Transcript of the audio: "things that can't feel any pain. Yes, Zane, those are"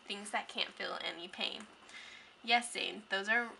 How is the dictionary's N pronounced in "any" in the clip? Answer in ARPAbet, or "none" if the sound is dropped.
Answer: N